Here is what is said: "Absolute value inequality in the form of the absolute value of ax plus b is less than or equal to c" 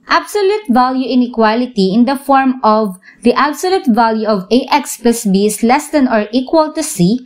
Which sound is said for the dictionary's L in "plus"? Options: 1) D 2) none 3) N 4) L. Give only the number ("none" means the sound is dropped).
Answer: 2